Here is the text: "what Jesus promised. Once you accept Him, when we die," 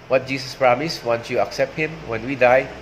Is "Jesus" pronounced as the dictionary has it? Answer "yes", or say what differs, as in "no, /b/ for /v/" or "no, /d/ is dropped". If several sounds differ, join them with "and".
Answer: no, /s/ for /z/